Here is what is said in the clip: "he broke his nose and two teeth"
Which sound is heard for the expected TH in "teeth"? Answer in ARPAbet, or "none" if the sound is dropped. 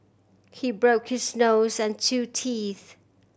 TH